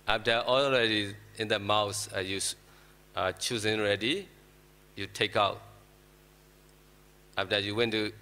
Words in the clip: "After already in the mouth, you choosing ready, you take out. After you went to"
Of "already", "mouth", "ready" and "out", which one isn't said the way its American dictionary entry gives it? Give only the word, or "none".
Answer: mouth